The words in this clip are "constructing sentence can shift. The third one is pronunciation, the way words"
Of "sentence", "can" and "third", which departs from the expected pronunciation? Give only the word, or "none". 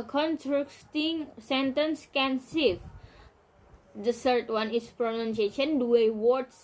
third